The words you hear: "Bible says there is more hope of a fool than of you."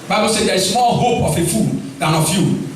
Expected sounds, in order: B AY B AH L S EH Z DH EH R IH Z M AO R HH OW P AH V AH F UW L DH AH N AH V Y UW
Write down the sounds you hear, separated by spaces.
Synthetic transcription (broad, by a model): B AY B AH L S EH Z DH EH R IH S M AO L HH OW P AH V AH F UW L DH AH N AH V Y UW